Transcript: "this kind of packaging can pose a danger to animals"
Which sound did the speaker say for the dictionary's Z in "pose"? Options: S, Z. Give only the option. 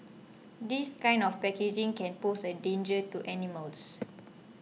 S